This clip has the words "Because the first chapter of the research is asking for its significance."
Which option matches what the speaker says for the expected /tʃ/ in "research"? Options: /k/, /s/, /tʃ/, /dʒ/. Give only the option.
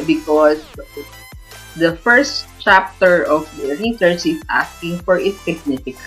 /s/